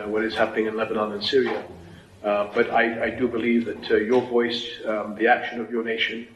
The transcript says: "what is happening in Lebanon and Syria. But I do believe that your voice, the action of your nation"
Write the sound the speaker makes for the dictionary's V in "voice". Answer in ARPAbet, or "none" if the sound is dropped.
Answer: V